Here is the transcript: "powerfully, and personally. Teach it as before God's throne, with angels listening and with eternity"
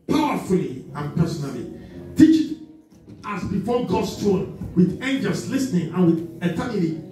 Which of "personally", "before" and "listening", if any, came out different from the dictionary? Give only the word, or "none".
none